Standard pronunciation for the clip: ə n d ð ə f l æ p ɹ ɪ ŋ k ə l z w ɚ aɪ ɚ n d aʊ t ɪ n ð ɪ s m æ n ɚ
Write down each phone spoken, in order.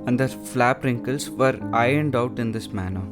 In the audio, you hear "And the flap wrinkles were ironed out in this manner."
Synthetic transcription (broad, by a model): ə n d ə f l æ p ɹ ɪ ŋ k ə l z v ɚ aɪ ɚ n d aʊ t ɪ n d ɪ s m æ n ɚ